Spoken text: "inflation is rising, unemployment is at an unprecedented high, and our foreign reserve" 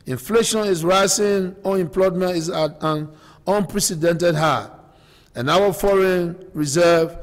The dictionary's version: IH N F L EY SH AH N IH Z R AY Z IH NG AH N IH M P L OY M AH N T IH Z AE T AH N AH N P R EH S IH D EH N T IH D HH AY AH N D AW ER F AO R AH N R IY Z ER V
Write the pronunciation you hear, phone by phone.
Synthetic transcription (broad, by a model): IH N F L EY SH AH N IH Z R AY S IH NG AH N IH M P L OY M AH N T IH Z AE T AH N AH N P R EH S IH D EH N T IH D HH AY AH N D AW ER F AO R AH N R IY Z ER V